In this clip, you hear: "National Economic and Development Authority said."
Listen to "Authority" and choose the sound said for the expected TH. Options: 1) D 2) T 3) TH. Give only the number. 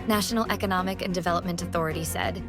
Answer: 3